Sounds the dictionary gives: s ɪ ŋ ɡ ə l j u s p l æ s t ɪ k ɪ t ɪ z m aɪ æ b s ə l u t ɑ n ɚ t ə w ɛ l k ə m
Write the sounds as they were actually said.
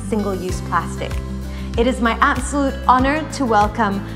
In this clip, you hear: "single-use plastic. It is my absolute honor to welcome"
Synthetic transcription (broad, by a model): s ɪ ŋ ɡ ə l j u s p l æ s t ɪ k ɪ t ɪ z m aɪ æ b s ə l u t ɑ n ɚ t ə w ɛ l k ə m